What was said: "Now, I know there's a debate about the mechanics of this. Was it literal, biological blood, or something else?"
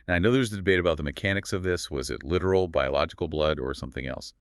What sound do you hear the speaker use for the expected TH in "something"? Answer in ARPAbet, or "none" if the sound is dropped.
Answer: TH